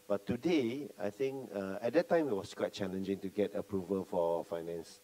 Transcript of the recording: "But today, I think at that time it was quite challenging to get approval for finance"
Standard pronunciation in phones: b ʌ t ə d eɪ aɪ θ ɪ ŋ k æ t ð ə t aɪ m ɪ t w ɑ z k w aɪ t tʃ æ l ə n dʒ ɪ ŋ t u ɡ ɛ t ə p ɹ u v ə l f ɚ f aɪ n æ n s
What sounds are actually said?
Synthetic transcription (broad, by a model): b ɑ t ə d eɪ aɪ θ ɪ ŋ k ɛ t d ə t aɪ m ɪ t w ɑ s k w aɪ t tʃ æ l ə n dʒ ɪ ŋ t u ɡ ɛ t ə p ɹ u v ə l f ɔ f aɪ n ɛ n s